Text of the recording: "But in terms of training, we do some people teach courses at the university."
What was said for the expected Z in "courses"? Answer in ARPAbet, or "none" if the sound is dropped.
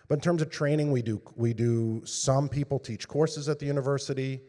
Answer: Z